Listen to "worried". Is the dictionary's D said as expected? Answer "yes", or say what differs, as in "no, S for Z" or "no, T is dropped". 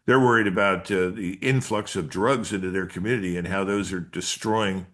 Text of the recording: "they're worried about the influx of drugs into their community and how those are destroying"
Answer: yes